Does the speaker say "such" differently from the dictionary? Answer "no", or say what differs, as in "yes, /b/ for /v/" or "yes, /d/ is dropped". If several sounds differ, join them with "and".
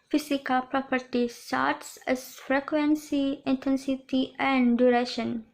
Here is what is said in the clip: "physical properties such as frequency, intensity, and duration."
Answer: yes, /s/ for /tʃ/